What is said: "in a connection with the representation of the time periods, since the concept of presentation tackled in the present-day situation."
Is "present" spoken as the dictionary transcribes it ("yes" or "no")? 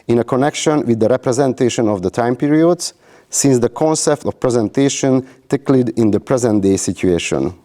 yes